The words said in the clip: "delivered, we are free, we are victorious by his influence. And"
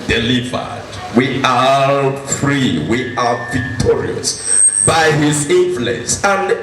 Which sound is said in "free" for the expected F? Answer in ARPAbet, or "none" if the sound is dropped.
F